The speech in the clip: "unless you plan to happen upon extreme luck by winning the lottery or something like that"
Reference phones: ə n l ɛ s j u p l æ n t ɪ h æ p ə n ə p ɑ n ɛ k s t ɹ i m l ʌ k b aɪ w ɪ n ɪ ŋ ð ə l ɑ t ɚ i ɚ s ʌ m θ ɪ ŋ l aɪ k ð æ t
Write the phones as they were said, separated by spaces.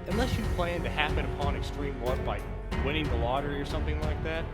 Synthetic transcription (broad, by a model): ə n l ɛ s j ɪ p l æ n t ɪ h æ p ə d ə p ɑ n ɛ k s t ɹ i m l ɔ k b aɪ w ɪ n ɪ ŋ ð ə l ɑ t ɚ i ɚ s ʌ m θ ɪ ŋ l aɪ k ð æ t